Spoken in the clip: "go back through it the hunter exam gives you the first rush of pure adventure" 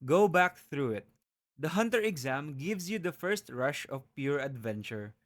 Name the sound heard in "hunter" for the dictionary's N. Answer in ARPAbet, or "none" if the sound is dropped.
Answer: N